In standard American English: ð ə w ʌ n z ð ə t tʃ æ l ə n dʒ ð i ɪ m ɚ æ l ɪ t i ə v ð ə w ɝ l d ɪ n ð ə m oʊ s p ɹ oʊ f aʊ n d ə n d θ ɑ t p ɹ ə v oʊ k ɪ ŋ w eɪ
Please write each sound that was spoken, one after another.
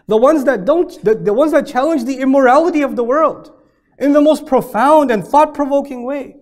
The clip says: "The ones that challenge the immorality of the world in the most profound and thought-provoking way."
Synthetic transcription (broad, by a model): ð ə w ʌ n z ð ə t tʃ æ l ə n dʒ ð i ɪ m ɚ æ l ɪ t i ə v ð ə w ɝ l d ɪ n ð ə m oʊ s p ɹ oʊ f aʊ n d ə n θ ɑ t p ɹ ə v oʊ k ɪ ŋ w eɪ